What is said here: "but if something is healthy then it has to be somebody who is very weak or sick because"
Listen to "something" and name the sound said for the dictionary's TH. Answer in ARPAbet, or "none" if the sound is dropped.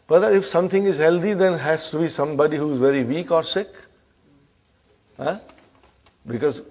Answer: T